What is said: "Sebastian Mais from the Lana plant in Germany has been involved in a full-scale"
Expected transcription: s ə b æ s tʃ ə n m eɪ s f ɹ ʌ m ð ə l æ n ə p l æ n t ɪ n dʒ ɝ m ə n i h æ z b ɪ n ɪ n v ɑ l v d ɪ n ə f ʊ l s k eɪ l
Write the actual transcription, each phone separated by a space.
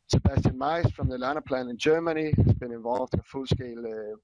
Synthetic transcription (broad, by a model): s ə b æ s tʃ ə n m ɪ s f ɹ ʌ m ð ə l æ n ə p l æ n ɪ n dʒ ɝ m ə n i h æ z b ɪ n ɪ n v ɑ l v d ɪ ə f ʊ l s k eɪ l